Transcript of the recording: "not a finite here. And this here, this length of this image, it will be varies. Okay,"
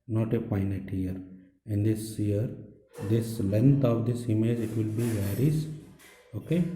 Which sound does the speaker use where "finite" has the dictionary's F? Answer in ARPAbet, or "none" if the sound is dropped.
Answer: P